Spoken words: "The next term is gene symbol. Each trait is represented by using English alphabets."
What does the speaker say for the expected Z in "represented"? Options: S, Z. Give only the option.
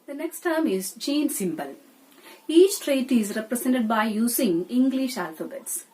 S